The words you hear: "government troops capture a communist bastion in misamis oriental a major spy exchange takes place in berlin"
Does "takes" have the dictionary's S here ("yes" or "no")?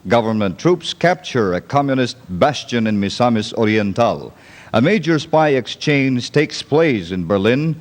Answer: yes